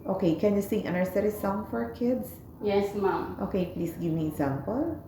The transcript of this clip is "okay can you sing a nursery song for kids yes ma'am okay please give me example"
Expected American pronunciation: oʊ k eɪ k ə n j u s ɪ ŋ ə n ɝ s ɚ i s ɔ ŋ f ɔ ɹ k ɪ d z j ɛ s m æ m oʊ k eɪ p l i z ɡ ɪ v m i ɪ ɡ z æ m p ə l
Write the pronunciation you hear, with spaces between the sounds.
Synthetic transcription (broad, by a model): oʊ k eɪ k ə n j u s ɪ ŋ ə n ɝ s ɚ i s ɔ ŋ f ɔ ɹ k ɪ d s j ɛ s m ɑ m oʊ k eɪ p l i s ɡ ɪ v m i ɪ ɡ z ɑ m p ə l